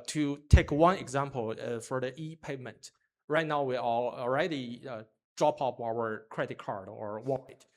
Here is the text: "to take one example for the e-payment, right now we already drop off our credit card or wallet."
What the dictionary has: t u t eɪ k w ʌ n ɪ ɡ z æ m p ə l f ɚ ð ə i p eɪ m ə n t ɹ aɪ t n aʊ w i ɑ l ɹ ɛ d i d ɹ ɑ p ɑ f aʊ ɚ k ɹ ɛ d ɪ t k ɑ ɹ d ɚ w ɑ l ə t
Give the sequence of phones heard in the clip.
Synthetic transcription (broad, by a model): t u t eɪ k w ʌ n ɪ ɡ z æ m p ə l f ɚ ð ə i p eɪ m ə n t ɹ aɪ t n aʊ w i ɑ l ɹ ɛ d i d ɹ ɑ p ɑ p aʊ ɚ k ɹ ɛ d ɪ t k ɑ ɹ d ɚ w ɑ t